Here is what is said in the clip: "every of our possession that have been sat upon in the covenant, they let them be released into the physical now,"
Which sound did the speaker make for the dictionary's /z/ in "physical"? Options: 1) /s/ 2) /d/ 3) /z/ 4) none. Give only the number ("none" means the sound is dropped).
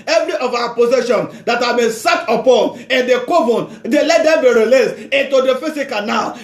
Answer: 1